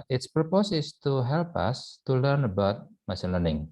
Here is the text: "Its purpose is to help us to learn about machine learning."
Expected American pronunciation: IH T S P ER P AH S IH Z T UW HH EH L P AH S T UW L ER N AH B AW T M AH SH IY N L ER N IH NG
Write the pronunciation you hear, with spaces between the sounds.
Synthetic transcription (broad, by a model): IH T S P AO P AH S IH S T UW HH EH L P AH S T UW L ER N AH B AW T M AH S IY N L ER N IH NG